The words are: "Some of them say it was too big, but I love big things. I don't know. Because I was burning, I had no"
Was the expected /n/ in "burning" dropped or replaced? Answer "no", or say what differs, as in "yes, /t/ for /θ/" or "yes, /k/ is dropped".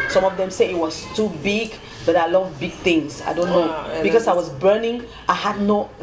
no